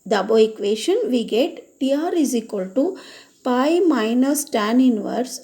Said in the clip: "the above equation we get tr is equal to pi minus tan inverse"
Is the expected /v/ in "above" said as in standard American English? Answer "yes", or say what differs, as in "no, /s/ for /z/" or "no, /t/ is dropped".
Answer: no, /v/ is dropped